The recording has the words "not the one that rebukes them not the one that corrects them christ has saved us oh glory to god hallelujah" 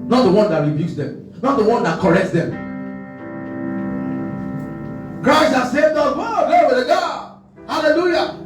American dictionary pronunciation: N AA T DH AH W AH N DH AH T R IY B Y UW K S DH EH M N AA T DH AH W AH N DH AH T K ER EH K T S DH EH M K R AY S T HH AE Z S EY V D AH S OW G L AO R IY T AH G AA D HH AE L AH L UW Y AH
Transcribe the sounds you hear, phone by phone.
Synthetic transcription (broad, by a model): N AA T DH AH W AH N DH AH T R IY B Y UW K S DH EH M N AA T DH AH W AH N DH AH T K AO EH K T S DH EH M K R AY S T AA S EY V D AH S OW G AO W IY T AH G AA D HH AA L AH L UW Y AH